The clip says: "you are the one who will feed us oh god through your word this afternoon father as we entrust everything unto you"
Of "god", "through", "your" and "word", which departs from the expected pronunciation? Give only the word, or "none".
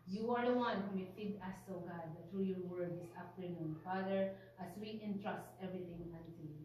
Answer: through